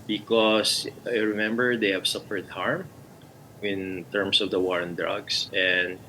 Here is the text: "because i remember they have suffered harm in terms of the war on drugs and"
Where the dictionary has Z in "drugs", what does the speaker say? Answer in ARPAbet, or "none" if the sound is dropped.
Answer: S